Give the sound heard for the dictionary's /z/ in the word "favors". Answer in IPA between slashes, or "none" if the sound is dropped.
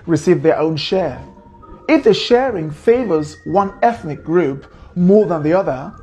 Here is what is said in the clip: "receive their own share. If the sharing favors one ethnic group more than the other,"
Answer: /z/